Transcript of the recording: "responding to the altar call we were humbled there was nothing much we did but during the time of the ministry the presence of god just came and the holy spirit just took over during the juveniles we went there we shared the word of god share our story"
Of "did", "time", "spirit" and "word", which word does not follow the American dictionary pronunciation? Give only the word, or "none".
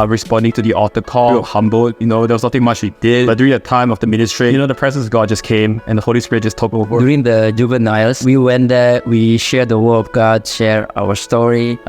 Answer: word